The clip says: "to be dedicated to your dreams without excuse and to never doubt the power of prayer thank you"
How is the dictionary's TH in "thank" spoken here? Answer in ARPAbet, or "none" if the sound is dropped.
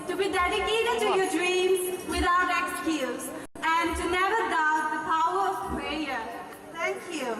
T